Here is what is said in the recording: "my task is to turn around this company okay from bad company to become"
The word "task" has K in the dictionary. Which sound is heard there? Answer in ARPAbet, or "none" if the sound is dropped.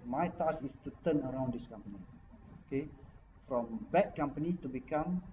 none